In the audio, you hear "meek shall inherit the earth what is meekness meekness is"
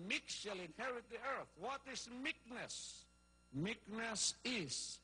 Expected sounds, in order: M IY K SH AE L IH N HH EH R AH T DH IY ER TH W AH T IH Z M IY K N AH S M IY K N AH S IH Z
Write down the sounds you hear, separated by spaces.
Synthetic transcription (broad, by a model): M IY K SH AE L IH N HH EH R AH T DH IY ER TH W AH T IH S M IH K N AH S M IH K N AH S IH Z